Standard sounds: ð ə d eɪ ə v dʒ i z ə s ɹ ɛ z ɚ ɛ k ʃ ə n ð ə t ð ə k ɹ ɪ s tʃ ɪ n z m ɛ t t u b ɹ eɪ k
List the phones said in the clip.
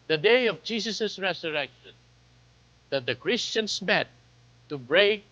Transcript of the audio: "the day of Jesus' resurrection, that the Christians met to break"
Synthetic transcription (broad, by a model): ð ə d eɪ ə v dʒ i s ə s ɹ ɛ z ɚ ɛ k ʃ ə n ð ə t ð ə k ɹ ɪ s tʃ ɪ n s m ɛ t t u b ɹ eɪ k